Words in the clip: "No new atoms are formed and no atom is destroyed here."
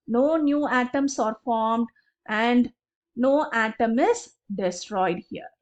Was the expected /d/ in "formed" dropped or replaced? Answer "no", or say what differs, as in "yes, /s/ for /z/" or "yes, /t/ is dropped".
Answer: no